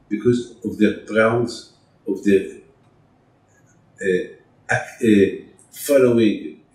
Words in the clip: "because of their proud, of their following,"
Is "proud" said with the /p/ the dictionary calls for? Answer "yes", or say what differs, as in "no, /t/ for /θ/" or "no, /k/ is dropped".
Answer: no, /b/ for /p/